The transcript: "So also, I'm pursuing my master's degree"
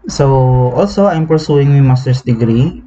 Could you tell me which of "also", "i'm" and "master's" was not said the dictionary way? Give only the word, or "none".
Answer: master's